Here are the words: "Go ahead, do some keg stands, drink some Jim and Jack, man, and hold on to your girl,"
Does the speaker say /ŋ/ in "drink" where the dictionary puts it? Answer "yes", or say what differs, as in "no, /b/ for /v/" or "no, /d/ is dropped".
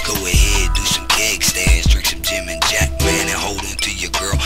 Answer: no, /ŋ/ is dropped